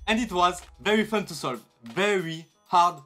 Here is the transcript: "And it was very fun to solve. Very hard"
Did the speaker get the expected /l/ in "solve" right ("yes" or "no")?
yes